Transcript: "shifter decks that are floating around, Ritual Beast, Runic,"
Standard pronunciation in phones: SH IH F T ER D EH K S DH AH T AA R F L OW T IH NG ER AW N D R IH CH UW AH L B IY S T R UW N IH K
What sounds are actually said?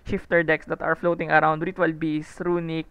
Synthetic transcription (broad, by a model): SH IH F T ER D EH K S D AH T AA R F L OW T IH NG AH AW N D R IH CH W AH L B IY S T R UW N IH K